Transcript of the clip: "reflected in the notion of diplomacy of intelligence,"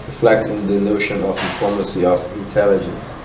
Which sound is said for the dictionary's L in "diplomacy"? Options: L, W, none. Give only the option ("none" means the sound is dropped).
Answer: none